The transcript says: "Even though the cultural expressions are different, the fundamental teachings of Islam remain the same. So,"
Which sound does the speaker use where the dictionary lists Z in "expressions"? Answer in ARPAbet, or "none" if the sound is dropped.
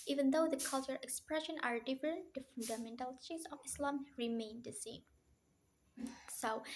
none